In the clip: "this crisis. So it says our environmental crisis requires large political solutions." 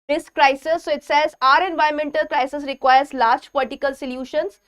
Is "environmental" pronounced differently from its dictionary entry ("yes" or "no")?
yes